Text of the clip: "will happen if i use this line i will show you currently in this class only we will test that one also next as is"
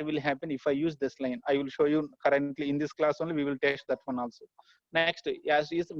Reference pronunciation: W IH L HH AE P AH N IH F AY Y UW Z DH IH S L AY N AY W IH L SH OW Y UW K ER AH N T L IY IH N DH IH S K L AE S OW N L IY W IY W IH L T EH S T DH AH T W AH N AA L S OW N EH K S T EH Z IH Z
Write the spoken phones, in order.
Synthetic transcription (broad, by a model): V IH L HH AE P AH N IH F AY Y UW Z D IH S L AY N AY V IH L SH OW Y UW K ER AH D T L IY IH N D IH S K L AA S OW N L IY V IY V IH L T EH S T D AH T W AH N AA L S OW N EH K S T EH S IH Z